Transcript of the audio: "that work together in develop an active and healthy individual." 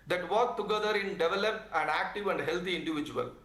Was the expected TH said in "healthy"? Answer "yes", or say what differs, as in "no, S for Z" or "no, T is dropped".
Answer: no, T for TH